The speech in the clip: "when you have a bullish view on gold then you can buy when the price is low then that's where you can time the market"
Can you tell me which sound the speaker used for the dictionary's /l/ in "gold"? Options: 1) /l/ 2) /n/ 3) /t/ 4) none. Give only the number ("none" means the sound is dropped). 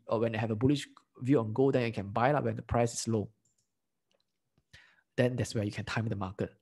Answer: 4